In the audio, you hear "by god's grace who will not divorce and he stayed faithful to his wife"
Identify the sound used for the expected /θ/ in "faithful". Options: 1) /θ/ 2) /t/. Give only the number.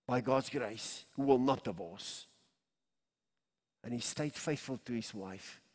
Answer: 1